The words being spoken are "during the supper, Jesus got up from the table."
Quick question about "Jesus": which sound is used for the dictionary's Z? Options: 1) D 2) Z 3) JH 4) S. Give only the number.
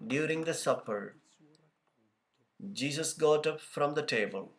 4